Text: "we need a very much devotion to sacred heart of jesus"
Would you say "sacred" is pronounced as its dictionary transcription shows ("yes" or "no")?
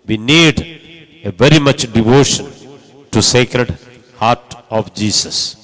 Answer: yes